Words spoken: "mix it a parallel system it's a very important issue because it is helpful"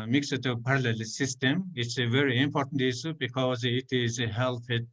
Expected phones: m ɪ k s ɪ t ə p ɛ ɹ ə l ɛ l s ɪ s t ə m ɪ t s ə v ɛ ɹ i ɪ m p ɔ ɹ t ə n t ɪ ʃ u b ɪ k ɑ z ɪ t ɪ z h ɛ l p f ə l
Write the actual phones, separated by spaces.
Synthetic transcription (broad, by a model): m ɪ k s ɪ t ə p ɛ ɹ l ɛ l s ɪ s t ə m ɪ t s ə v ɛ ɹ i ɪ m p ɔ ɹ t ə n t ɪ s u b ɪ k ɑ z ɪ t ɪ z h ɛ l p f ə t